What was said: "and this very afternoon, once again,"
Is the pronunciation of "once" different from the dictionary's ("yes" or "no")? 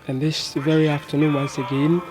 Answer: no